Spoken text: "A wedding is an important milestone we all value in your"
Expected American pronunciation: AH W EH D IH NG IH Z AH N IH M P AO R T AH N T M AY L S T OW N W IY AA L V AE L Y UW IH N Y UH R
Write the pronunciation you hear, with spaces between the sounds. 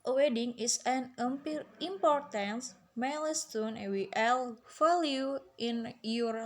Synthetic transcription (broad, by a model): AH W EH D IH NG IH S AH N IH M P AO R T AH N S M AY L S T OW N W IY AA L F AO L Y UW IH N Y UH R